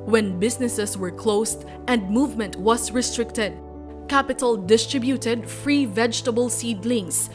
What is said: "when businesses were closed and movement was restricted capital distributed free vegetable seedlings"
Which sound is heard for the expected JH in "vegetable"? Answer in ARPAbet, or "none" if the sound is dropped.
JH